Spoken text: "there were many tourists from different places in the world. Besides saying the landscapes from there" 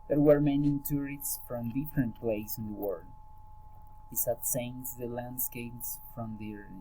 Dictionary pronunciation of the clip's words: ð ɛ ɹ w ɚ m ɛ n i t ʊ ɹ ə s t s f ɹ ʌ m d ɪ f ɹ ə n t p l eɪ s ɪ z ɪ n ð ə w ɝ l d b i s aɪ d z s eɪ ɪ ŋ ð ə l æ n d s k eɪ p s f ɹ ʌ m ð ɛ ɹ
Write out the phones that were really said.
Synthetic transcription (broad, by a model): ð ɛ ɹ w ɚ m ɛ n i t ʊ ɹ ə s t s f ɹ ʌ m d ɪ f ɹ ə n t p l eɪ ɪ s ɪ n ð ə w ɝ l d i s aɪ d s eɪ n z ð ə l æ n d s k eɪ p s f ɹ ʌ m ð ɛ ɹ